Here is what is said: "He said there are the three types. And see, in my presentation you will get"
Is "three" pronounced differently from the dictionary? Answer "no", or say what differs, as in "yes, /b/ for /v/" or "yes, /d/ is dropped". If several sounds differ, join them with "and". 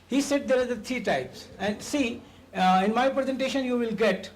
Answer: yes, /t/ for /θ/